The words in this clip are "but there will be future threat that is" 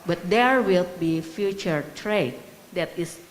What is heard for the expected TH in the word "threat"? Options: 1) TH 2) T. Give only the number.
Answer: 2